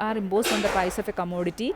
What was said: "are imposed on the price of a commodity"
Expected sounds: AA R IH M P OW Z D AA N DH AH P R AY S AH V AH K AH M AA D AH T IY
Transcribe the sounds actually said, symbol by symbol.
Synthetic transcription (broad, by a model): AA R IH M B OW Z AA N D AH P AY S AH F AH K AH M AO D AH T IY